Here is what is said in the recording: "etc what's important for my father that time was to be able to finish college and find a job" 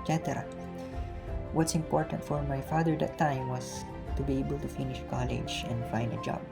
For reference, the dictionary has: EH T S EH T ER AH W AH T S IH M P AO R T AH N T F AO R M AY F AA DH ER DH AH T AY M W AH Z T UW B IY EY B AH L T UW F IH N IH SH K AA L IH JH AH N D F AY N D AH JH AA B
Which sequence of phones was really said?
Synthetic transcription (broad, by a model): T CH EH T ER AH W AH T S IH M P AO R T AH N T F AO R M AY F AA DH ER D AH T AY M W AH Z T UW B IY EY B AH L T UW F IH N IH SH K AA L IH JH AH N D F AY N D AH JH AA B